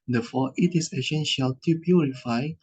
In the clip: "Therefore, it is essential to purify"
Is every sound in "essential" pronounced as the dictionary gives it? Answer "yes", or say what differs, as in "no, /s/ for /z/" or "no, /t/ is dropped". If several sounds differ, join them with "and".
no, /ʃ/ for /s/